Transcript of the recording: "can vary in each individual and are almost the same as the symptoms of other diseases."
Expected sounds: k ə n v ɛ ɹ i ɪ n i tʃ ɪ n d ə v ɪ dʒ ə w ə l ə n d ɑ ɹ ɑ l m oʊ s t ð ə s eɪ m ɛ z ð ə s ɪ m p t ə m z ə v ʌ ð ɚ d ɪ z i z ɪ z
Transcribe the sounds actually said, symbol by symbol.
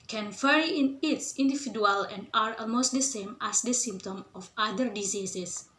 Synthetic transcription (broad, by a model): k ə n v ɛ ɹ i ɪ n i s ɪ n d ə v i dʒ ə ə l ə n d ɑ ɹ ɑ l m oʊ s t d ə s eɪ m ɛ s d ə s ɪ m p t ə m ə f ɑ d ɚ d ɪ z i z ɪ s